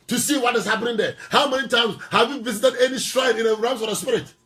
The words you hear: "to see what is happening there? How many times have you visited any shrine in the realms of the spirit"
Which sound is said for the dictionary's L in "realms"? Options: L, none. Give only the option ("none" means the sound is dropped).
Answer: none